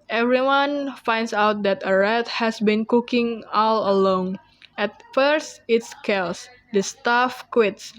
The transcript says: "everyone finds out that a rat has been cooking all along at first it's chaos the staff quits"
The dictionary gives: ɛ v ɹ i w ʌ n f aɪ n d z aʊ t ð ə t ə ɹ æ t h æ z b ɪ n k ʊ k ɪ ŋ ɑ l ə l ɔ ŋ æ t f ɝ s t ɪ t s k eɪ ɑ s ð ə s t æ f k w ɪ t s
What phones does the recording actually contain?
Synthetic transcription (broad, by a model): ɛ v ɹ i w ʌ n f aɪ n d s aʊ t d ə t ə ɹ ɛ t h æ s b ɪ n k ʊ k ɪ ŋ ɑ l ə l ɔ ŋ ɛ t f ɝ s t ɪ t s k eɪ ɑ s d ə s t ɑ f k w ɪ t s